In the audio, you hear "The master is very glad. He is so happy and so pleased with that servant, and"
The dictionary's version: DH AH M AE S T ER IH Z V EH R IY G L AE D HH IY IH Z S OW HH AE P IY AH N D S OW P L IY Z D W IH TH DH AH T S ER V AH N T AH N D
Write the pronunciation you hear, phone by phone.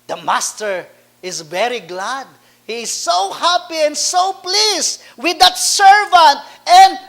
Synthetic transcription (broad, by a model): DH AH M AE S T ER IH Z V EH R IY G L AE D HH IY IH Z S OW HH AE P IY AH N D S OW P L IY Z W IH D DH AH T S ER V AH N T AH N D